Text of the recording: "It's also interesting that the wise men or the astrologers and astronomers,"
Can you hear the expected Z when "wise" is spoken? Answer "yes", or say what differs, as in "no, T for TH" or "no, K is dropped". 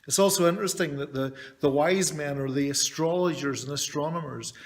yes